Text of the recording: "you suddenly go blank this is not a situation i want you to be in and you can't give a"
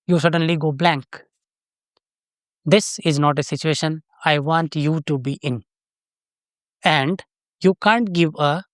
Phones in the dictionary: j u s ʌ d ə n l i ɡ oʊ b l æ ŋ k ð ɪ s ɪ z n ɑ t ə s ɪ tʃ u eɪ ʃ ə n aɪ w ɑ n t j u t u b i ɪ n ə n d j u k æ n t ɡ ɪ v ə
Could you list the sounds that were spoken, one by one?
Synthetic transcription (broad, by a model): j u s ʌ d ə n l i ɡ oʊ b l æ ŋ k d ɪ s ɪ z n ɑ t ə s ɪ tʃ u eɪ ʃ ə n aɪ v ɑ n t j u t u b i ɪ n ə n d j u k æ n t ɡ ɪ v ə